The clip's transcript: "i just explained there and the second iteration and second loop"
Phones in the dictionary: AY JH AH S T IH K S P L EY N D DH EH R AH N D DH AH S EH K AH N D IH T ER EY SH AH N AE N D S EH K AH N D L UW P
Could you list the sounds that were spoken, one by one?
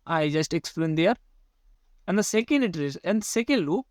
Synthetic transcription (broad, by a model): AY JH AH S T IH K S P L EY N D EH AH R AH N D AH S EH K AH N D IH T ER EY S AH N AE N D S EH K AH N D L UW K